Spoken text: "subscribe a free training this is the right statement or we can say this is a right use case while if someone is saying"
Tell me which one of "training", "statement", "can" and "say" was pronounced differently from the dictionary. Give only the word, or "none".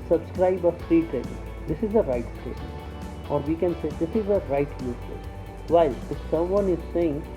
training